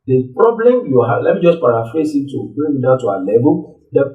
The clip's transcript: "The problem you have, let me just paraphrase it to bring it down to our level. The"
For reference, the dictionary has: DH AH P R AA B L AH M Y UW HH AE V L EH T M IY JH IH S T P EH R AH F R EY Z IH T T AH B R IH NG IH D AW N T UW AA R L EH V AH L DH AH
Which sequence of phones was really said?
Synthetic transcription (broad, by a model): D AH P R AA B L AH M Y UW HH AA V L EH T M IY JH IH S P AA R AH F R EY S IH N T AH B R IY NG IH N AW T UW AA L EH B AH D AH